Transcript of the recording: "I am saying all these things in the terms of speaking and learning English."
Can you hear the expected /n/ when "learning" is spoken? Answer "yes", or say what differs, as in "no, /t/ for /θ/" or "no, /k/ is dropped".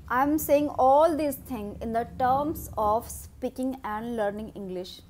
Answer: yes